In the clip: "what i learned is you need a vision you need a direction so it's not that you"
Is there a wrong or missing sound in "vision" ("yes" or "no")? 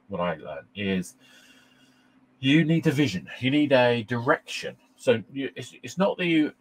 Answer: no